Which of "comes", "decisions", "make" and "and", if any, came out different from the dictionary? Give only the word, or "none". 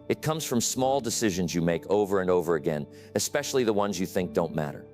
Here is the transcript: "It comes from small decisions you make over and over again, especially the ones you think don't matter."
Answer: none